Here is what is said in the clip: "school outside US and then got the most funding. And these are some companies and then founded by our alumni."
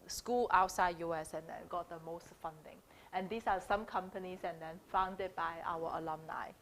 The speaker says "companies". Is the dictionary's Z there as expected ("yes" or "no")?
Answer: no